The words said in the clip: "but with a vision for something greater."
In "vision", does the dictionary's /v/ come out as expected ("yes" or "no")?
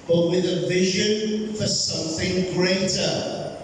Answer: yes